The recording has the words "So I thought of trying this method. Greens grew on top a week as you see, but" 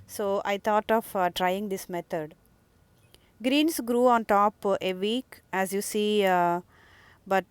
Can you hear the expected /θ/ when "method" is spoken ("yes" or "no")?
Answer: no